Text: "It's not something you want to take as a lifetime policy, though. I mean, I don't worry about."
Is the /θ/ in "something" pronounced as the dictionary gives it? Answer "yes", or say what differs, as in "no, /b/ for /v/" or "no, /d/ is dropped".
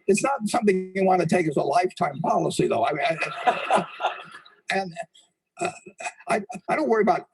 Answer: yes